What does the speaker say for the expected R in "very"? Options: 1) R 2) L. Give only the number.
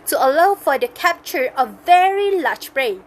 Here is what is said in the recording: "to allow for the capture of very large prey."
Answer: 1